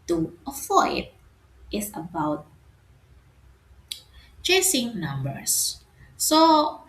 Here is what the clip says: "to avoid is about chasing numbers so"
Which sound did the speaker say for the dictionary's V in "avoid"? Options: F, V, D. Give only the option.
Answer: F